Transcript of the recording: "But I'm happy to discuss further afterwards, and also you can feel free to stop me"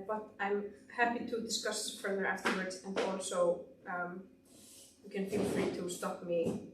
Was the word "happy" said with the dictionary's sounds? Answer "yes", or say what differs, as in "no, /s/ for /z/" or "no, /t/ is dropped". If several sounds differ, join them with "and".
yes